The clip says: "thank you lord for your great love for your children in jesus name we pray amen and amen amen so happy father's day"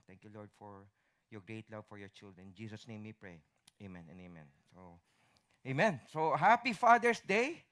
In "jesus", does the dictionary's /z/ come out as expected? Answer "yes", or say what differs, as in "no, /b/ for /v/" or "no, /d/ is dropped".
no, /s/ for /z/